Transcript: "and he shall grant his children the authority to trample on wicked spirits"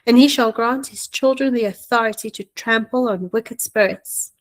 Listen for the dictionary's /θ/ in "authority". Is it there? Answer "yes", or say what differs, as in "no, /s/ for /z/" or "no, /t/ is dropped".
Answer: yes